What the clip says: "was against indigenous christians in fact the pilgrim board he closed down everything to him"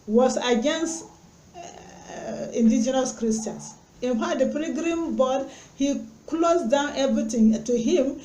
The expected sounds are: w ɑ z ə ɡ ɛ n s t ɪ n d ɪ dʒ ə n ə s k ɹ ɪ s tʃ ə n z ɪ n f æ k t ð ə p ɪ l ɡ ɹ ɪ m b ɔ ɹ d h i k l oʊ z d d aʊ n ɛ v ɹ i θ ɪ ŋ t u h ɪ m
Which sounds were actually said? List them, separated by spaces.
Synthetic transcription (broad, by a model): w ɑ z ə ɡ ɛ n s t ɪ n d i dʒ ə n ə s k ɹ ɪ s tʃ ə n s ɪ n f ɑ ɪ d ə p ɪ ɡ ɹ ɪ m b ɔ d h i k l oʊ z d d aʊ n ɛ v ɹ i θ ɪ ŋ t u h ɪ m